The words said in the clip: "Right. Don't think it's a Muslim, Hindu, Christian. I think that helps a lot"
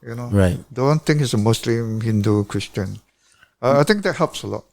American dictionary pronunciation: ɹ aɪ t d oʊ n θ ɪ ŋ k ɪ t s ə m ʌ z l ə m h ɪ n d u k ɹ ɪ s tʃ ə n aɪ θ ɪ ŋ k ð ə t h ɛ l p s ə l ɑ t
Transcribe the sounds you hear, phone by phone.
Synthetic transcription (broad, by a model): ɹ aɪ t d oʊ n t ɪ ŋ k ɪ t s ə m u s l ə m h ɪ n d u k ɹ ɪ s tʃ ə n aɪ t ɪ ŋ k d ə t h ɛ l p s ə l ɑ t